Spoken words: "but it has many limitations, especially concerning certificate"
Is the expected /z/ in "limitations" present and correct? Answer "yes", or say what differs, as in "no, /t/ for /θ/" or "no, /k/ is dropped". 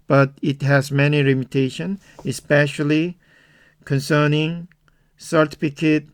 no, /z/ is dropped